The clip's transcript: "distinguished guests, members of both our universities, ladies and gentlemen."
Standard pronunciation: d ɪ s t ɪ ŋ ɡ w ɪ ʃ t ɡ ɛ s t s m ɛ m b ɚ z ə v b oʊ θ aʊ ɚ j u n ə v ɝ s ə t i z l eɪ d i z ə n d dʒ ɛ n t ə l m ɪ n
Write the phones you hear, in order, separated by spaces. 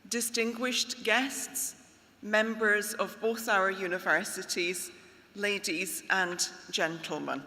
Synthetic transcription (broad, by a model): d ɪ s t ɪ ŋ ɡ w ɪ ʃ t ɡ ɛ s t s m ɛ m b ɚ z ə v b oʊ θ aʊ ɚ j u n ə v ɝ s ə t i z l eɪ d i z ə n dʒ ɛ n t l m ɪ n